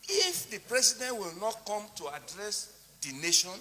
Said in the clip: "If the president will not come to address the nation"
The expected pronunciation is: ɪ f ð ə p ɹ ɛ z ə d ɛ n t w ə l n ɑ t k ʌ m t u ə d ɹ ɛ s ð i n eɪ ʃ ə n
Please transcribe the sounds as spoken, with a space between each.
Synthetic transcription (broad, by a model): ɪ f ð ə p ɹ ɛ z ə d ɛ n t w ə l n ɑ t k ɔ m t u ə d ɹ ɛ s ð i n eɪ ʃ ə n